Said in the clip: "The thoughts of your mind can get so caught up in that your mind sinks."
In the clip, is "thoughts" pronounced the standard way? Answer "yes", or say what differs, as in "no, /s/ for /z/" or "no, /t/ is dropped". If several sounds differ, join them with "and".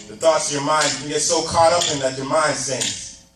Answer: yes